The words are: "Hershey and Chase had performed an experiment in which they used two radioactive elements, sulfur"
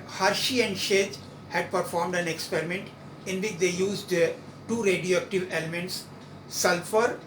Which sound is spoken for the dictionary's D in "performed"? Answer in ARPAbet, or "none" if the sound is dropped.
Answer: D